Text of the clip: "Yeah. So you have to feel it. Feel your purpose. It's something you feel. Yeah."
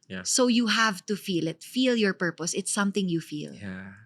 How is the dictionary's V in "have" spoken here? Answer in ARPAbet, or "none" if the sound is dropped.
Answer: V